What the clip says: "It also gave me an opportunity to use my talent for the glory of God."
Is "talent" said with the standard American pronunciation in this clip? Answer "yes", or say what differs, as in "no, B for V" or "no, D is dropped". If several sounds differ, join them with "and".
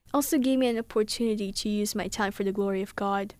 no, L is dropped